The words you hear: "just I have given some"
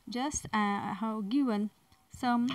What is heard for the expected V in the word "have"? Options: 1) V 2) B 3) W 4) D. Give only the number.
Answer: 3